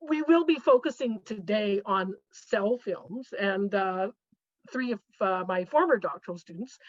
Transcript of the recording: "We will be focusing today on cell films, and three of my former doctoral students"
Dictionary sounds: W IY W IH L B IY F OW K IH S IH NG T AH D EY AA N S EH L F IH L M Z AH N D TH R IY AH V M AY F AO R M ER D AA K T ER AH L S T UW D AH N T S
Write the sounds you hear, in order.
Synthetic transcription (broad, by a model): W IY W IH L B IY F OW K IH S IH NG T AH D EY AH N S EH L F IH L M Z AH N TH R IY AH V M AY F AO R M ER D AA K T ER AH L S T UW D N T S